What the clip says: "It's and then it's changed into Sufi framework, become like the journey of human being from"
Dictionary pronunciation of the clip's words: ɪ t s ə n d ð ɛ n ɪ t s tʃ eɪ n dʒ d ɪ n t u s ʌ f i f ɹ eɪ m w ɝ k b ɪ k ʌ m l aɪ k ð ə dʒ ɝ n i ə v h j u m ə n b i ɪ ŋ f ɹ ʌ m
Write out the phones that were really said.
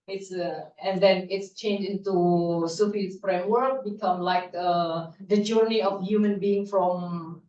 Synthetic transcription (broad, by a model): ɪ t s ə n d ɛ n ɪ t s tʃ eɪ n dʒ ɪ n t u s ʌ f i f ɹ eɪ m w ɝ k b ɪ k ʌ m l aɪ k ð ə dʒ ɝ n i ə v h j u m ə n b i ɪ ŋ f ɹ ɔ m